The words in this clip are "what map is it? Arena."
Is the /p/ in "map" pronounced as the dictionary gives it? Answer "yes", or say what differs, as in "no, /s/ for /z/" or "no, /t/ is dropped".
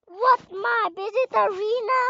no, /b/ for /p/